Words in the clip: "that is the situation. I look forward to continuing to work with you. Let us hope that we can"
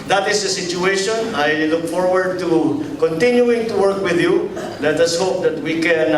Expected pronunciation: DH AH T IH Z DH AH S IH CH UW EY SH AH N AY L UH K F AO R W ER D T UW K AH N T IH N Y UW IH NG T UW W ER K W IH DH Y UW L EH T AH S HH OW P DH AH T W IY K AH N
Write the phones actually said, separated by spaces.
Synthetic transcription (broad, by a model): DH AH T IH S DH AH S IH CH UW EY SH AH N AY L UH K F AO R W ER D T UW K AH N T IH N Y UW IH NG T UW W ER K W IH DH Y UW L EH T AH S HH OW P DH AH T W IY K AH N